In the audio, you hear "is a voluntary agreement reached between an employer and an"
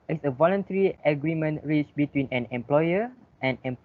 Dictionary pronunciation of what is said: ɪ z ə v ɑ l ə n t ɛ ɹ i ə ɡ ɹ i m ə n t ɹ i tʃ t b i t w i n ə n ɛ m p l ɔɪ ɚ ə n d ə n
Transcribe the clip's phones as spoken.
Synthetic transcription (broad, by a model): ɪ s ə v ɑ l ə n t ɛ ɹ i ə ɡ ɹ i m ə n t ɹ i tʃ b i t w i n ə n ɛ m p l ɔɪ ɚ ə n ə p